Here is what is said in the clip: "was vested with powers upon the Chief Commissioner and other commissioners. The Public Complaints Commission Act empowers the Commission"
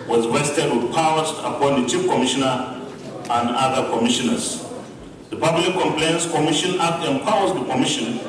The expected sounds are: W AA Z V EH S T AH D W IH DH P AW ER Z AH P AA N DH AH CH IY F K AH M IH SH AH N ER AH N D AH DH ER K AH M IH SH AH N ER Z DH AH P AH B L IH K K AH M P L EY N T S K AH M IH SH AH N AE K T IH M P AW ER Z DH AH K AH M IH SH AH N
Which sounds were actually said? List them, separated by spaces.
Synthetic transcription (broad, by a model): W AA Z W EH S T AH D W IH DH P AW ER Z AH P AA N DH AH CH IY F K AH M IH SH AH N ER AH N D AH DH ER K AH M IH SH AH N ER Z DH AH P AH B L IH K K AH M P L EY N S K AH M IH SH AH N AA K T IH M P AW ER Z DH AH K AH M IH SH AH N